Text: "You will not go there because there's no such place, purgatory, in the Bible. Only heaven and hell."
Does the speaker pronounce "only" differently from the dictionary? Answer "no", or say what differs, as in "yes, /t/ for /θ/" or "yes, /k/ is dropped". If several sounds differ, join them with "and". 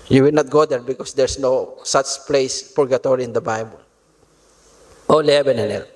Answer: yes, /n/ is dropped